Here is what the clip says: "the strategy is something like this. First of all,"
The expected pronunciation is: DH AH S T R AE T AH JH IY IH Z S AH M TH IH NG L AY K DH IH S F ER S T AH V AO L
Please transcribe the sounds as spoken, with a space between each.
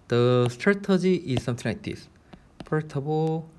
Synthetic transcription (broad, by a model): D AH S T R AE T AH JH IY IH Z S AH M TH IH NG L AY K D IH S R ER T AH B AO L